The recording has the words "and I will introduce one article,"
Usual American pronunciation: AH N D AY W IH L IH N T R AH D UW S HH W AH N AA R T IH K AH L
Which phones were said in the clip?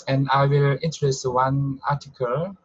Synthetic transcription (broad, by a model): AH N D AY W IH L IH N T AH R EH S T W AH N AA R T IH K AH L